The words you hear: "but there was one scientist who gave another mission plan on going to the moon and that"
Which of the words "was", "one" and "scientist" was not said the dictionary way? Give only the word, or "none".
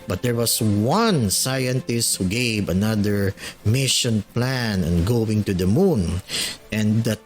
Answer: was